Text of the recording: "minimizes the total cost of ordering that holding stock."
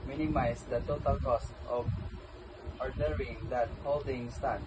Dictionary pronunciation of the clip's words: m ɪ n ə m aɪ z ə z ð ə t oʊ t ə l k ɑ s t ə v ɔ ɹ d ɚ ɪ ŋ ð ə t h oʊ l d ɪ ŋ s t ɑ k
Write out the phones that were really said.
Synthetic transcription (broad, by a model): m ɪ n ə m aɪ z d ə t oʊ t ə l k ɑ s t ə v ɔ ɹ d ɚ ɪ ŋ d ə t h oʊ l d ɪ ŋ s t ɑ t